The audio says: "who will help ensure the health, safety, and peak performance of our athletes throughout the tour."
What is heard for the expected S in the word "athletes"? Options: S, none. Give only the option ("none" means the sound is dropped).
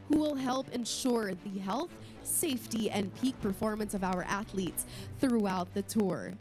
S